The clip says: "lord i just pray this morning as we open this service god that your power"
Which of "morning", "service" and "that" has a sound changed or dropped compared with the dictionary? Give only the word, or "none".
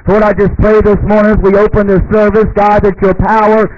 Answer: none